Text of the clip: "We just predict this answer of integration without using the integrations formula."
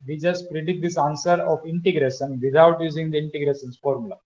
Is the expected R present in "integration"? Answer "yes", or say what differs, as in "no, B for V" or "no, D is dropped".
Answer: yes